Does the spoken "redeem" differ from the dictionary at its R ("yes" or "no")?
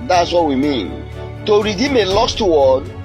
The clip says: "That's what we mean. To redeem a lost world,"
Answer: no